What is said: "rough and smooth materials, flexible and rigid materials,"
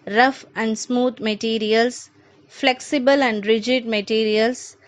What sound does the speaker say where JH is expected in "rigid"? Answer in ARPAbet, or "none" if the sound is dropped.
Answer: JH